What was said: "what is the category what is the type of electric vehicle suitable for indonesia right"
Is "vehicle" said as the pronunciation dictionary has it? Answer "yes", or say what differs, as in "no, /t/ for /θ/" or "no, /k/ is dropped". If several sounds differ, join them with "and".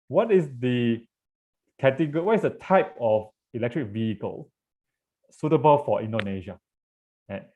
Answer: yes